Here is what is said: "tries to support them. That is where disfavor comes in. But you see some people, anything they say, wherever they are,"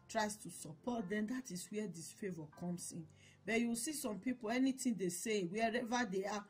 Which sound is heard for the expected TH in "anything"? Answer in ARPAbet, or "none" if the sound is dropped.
T